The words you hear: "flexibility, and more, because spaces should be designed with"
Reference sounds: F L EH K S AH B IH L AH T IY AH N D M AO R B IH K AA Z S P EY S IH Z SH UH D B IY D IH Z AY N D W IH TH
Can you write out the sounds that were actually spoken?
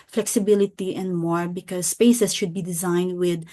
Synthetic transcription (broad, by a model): F L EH K S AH B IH L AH T IY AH N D M AO R B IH K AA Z S P EY S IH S SH UH D B IY D IH Z AY N D W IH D